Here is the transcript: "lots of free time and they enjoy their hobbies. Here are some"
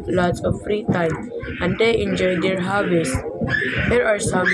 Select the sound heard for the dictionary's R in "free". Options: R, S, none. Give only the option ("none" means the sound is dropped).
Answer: R